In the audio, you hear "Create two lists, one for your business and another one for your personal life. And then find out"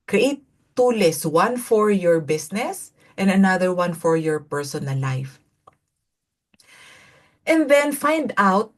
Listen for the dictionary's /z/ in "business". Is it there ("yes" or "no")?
no